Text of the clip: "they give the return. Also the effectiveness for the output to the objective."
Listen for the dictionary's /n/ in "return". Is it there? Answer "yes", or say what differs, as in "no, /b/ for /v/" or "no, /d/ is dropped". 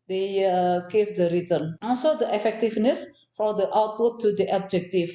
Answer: no, /l/ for /n/